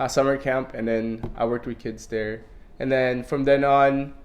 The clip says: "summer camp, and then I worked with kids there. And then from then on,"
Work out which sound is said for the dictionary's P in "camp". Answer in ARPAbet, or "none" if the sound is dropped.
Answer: P